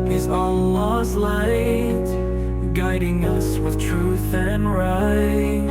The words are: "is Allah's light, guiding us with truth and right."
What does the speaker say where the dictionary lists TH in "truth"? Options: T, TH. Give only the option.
TH